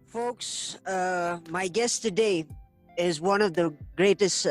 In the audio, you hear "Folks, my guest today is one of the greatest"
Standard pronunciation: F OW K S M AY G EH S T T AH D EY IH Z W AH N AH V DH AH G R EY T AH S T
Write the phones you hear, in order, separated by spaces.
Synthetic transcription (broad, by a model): F OW K S M AY G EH S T T AH D EY IH Z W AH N AH V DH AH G R EY T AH S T